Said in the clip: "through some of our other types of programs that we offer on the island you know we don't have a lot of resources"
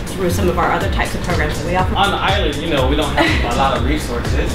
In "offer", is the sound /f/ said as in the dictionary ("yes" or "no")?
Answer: no